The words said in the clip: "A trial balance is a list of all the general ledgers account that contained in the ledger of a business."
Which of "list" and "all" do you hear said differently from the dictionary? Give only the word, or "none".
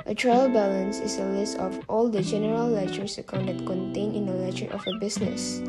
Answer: none